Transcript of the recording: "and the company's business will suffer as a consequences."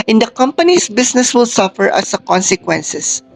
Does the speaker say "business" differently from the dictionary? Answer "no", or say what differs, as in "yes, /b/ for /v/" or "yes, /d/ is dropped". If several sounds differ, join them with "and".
yes, /s/ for /z/